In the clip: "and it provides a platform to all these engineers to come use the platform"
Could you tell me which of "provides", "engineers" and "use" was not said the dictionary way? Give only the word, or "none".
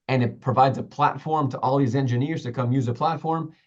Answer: none